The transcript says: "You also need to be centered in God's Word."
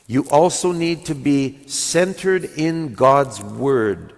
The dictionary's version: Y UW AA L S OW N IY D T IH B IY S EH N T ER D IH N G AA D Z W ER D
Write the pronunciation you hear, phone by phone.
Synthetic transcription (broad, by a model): Y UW AA L S OW N IY D T IH B IY S EH N T ER D IH N G AA D Z W ER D